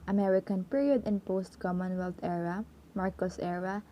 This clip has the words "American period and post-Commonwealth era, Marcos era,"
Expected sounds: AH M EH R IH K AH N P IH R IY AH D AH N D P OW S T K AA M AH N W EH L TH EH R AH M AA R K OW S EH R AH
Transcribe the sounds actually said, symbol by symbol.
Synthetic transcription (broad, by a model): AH M EH R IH K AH N P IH R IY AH D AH N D P OW S T K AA M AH N W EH L T EH R AH M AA R K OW S EH R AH